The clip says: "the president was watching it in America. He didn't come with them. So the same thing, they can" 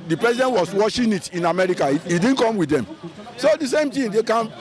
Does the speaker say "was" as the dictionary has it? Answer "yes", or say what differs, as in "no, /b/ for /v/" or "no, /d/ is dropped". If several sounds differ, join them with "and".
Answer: no, /s/ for /z/